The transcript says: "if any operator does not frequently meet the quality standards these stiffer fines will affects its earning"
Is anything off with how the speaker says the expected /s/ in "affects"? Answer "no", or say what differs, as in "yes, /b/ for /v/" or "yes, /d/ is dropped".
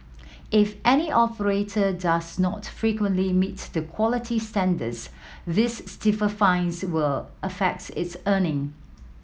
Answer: yes, /s/ is dropped